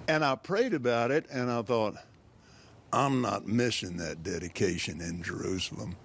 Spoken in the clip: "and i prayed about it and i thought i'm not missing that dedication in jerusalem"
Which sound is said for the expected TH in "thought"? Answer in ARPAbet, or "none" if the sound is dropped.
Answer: TH